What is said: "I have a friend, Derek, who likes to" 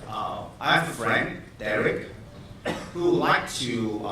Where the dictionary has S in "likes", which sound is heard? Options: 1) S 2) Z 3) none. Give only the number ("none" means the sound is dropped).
3